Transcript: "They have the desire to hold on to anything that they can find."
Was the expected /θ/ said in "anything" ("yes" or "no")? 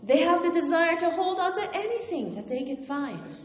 yes